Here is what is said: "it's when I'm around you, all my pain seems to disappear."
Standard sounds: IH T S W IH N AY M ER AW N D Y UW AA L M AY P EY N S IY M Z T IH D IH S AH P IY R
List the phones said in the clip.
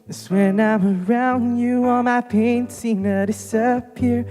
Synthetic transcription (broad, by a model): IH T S W IH N AY M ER AW N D Y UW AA N M AY P EY N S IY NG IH D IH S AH P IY R